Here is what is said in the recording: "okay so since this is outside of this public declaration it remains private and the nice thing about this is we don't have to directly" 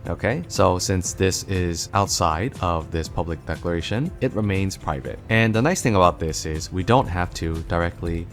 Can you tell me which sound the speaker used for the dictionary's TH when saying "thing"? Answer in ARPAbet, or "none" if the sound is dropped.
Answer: TH